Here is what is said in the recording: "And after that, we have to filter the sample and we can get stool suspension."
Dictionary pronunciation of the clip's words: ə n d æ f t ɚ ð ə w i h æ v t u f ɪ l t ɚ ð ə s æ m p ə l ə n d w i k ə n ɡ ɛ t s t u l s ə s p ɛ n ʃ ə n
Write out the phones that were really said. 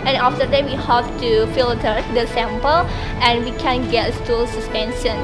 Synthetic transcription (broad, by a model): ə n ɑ f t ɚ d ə w i h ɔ p t u f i l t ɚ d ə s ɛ m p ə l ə n w i k ə n ɡ ɛ t s t u l s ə s p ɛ n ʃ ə n